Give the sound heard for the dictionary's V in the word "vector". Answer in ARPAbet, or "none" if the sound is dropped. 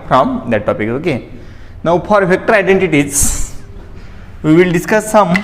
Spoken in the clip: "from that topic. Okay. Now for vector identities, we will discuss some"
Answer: F